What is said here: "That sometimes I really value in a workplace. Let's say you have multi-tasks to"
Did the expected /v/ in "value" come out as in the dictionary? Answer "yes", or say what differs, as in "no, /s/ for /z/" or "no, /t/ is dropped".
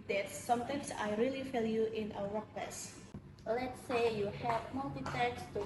no, /f/ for /v/